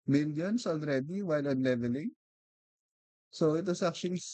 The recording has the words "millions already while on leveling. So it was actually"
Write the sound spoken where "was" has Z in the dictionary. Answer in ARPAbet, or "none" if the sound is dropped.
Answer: S